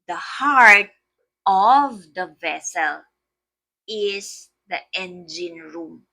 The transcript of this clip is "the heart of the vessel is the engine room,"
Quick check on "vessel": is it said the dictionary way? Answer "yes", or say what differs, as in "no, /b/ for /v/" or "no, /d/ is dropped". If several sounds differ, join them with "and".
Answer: yes